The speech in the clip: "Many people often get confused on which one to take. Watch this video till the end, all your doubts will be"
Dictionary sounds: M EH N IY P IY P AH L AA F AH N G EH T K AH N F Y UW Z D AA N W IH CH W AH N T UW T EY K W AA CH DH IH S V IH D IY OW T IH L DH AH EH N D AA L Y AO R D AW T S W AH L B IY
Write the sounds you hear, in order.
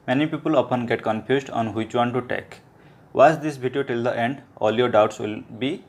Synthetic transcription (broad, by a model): M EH N IY P IY P AH L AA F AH N G EH T K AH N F Y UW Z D AA N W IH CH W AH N T UW T EY K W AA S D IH S B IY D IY OW T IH L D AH EH N D AA L Y AO R D AW T S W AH L B IY